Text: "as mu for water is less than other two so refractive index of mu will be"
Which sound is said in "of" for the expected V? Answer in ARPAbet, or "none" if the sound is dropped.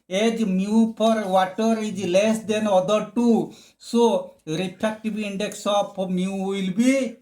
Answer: P